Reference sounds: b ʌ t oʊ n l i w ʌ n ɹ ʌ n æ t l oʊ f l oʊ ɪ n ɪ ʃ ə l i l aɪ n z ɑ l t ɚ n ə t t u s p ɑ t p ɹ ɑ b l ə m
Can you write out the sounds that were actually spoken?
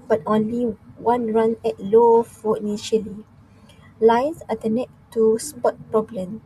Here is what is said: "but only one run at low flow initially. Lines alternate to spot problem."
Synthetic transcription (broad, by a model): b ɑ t oʊ n l i w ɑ n ɹ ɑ n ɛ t l oʊ f oʊ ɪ n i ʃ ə l i l aɪ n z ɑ t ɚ n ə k t u s p ɑ t p ɹ ɑ b l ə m